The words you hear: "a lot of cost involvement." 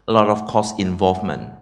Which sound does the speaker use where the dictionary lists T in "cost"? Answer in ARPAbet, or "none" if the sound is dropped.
none